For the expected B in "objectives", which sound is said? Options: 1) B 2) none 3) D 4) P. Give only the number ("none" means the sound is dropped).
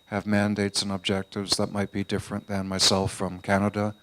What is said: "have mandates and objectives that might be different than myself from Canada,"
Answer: 1